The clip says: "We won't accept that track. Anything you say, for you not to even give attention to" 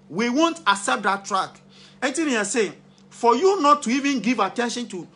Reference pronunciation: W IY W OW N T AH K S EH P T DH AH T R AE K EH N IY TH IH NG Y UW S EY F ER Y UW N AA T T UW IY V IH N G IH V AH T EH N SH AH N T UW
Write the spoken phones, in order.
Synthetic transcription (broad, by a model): W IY W OW N T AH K S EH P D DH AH T R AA K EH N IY T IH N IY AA S EY F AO Y UW N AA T T UW IY V IH N G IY V AH T EH N SH AH N T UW